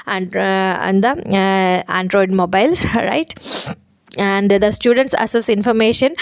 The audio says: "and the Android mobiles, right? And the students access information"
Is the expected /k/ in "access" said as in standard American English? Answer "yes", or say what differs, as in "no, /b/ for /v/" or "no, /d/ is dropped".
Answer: no, /k/ is dropped